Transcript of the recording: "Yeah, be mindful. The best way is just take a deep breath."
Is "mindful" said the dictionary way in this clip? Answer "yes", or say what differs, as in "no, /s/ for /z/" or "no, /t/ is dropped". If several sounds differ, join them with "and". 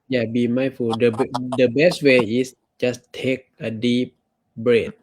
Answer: no, /f/ is dropped